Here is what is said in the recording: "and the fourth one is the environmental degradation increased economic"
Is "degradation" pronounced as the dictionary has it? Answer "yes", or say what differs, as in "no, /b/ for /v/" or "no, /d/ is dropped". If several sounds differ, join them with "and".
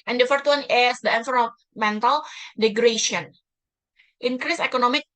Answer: no, /ʃ/ is dropped